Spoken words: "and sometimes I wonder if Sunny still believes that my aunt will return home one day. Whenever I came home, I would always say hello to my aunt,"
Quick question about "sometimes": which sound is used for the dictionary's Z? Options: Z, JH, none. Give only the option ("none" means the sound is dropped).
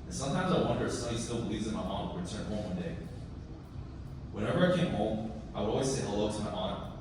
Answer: Z